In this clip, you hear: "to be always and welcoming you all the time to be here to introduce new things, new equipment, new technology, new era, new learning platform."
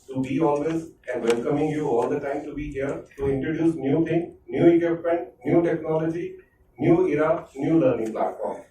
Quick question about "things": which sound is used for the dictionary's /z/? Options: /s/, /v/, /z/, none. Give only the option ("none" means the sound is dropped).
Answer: none